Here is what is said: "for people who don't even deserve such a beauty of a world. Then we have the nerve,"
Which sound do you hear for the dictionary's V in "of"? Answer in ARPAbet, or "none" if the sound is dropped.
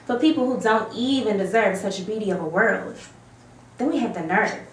V